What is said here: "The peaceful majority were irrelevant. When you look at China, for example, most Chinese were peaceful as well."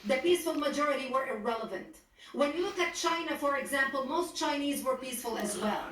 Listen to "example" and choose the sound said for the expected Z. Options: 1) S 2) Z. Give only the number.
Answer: 2